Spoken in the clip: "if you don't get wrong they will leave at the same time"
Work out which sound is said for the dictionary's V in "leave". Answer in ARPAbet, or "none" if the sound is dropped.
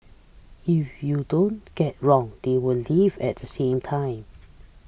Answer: V